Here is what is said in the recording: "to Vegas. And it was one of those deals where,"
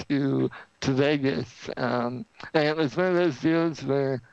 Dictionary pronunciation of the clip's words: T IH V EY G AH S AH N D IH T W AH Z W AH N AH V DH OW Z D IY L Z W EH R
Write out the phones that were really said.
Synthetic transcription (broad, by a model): T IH V EY G AH S AH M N IH T W AH Z W AH N AH V DH OW Z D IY L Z W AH R